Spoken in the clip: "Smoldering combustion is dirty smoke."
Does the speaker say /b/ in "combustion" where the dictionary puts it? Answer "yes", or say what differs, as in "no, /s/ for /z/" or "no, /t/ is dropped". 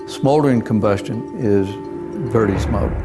yes